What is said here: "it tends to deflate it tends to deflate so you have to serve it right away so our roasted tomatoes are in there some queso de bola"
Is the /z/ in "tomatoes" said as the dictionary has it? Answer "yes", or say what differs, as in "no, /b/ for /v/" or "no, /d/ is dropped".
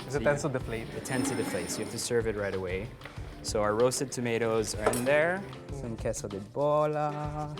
yes